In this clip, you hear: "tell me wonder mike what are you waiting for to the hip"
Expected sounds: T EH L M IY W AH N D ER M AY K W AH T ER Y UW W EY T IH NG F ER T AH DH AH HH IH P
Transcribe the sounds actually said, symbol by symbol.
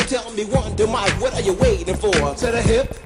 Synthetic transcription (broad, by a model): T EH L M IY W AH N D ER M AY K W AH T ER Y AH W EY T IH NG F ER S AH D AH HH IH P